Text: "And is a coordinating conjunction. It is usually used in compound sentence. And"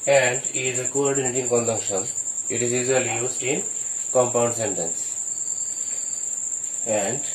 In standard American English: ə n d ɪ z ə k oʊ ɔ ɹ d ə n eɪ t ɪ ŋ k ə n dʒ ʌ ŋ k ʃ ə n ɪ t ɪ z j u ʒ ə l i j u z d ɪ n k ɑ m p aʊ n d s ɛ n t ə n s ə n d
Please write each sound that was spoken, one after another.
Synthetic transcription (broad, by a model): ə n d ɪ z ə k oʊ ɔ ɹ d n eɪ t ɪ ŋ k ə n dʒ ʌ k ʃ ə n ɪ t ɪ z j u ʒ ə l i j u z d ɪ n k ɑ m p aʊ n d s ɛ n t ə n s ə n d